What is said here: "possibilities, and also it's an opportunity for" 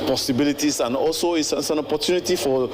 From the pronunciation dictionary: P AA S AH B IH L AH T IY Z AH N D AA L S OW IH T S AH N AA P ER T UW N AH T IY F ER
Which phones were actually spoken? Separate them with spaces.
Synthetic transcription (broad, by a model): P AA S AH B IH L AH T IY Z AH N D AA L S OW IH S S AH N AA P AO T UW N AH T IY F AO